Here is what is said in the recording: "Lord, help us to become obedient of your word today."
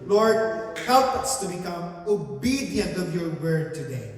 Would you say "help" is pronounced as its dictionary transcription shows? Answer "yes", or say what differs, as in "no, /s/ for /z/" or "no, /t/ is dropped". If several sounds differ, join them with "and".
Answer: no, /l/ is dropped